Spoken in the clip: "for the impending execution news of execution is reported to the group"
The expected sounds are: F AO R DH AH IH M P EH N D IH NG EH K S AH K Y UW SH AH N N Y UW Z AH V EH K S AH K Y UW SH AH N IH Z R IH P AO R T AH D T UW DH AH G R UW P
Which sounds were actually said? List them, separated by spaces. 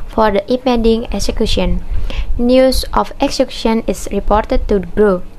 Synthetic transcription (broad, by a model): F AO R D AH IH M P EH D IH NG EH K S AH K Y UW SH AH N N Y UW S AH F EH K S AH K Y UW SH AH N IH S R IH P AO R T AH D T UW G R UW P